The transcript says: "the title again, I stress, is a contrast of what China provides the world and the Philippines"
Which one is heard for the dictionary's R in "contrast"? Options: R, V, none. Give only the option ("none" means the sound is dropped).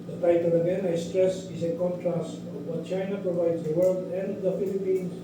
R